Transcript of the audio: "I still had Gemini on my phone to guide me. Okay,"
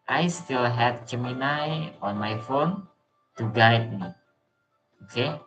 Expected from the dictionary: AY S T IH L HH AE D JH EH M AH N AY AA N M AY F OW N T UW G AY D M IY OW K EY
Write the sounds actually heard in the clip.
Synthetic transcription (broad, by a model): AY S T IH L HH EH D CH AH M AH N AY AA N M AY F OW N T UW G AY D M IY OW K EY